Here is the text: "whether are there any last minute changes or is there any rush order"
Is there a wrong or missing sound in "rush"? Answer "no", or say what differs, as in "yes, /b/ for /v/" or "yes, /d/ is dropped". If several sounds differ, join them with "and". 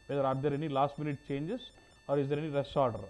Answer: yes, /s/ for /ʃ/